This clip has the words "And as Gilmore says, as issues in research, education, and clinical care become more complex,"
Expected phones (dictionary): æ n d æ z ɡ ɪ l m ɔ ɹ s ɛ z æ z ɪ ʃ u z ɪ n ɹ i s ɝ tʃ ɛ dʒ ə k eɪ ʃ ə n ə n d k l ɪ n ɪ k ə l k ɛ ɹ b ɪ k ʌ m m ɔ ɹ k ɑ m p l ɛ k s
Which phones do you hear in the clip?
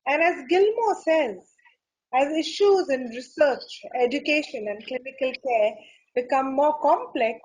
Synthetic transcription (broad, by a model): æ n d æ z ɡ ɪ l m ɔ s ɛ z æ z ɪ ʃ u z ɪ n ɹ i s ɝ tʃ ɛ dʒ ə k eɪ ʃ ə n ə n d k l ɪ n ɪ k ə l k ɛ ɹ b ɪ k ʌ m m ɔ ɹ k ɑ m p l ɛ k s